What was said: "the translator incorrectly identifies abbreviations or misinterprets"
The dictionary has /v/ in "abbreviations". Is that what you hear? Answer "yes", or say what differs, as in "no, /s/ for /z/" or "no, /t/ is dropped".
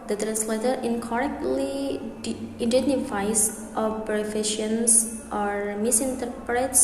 no, /f/ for /v/